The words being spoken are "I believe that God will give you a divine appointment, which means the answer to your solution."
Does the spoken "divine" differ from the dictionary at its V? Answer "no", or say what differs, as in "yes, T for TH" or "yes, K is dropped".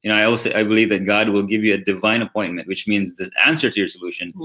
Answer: no